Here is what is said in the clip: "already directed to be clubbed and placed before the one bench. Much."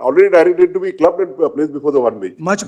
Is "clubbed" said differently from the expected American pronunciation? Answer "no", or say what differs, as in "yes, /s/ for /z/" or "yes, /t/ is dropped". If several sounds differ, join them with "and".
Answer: yes, /d/ is dropped